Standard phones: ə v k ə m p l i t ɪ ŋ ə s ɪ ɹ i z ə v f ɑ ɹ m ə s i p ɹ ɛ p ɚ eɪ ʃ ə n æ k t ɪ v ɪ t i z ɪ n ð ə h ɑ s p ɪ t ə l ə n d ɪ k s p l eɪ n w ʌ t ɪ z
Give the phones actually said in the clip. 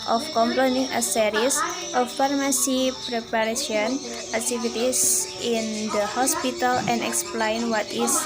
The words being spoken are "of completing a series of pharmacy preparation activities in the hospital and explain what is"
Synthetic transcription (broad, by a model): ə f k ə m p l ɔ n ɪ ŋ ə s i ɹ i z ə f ɑ ɹ m ə s i p ɹ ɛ p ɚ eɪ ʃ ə n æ k t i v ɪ t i s ɪ n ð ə h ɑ s p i t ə l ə n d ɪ k s p l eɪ n w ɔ t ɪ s